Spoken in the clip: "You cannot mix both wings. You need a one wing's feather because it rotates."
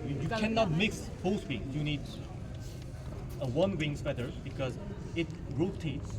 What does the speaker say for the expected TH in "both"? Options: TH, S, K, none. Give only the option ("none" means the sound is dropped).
S